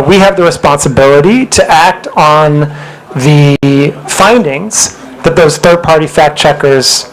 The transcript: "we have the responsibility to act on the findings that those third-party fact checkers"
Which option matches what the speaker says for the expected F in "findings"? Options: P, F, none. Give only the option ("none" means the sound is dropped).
F